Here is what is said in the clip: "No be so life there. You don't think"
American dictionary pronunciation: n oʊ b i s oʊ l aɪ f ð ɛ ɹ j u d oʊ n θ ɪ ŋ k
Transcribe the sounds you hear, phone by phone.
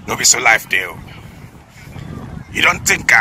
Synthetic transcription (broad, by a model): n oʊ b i s oʊ l aɪ f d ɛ l j u d oʊ n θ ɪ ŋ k